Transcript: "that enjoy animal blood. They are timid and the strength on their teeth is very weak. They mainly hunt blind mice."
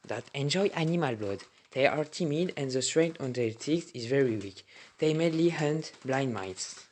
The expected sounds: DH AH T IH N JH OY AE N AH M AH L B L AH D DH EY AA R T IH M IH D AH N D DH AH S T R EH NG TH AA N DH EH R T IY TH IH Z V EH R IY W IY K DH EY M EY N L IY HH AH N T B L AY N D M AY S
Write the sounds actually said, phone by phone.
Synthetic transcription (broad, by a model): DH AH T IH N JH OY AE N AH M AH L B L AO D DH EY AA R T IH M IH D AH N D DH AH S T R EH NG T AA N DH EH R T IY S IH Z V EH R IY W IY K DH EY M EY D L IY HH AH N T B L AY N D M AY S